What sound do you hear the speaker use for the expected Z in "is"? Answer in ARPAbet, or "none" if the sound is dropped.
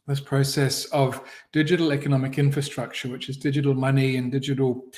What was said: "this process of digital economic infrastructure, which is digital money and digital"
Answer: Z